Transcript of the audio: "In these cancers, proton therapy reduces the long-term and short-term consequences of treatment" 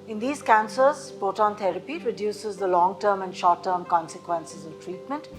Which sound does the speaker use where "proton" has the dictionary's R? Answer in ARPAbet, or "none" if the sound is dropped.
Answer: none